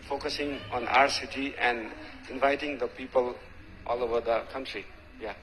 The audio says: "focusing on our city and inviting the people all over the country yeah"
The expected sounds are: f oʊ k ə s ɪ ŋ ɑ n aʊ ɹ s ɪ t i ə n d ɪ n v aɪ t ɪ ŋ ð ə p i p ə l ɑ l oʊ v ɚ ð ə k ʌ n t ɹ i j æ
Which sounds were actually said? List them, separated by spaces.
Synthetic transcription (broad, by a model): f oʊ k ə s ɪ ŋ ɑ n aʊ ɹ s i t i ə n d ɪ n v aɪ t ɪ ŋ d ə p i p ə l ɑ l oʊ b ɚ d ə k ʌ n t ɹ i j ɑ